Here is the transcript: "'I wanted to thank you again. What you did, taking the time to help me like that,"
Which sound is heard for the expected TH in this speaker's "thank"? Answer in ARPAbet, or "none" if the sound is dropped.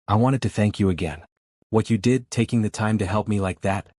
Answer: TH